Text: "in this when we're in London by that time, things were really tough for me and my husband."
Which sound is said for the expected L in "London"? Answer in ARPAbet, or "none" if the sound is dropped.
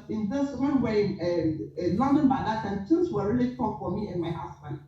L